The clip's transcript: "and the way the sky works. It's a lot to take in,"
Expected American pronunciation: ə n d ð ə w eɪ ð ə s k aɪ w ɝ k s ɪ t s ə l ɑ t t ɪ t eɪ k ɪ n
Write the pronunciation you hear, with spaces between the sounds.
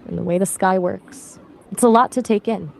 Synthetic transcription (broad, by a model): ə n ð ə w eɪ ð ə s k aɪ w ɝ k s ɪ t s ə l ɑ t t ɪ t eɪ k ɪ n